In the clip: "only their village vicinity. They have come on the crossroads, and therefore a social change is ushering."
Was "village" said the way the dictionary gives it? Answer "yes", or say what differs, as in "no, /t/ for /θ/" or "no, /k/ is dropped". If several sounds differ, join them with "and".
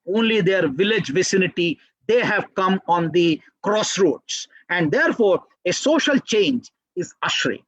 yes